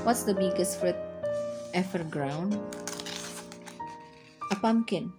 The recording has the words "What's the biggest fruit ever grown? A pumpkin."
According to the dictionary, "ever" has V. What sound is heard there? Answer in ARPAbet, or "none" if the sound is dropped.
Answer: F